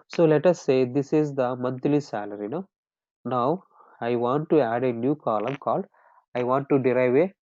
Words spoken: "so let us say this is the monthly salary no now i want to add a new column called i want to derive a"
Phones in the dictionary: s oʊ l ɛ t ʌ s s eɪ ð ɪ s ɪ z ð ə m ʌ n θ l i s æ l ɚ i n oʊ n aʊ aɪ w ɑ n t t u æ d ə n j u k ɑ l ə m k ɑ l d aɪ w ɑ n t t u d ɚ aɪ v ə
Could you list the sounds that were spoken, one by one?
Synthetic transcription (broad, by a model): s oʊ l ɛ t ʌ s s eɪ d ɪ s ɪ z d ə m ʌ n t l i s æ l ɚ i n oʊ n aʊ aɪ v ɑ n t t u æ d ə n j u k ɑ l ə m k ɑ l aɪ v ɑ n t t u d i aɪ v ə